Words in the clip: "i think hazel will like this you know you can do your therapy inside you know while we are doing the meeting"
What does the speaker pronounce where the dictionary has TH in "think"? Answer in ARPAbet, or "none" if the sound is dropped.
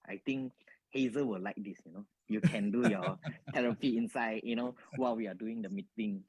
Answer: T